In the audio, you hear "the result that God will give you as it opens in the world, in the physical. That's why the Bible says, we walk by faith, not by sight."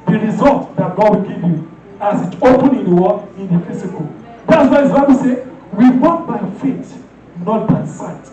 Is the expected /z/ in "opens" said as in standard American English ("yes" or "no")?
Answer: no